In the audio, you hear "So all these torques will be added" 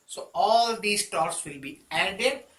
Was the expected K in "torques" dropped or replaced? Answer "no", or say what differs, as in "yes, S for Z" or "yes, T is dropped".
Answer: yes, K is dropped